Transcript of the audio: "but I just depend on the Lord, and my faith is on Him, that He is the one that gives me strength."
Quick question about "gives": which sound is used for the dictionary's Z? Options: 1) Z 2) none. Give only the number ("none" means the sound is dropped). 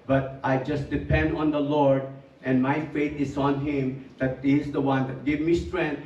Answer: 2